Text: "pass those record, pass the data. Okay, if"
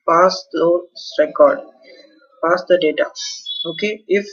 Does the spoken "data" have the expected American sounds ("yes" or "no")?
yes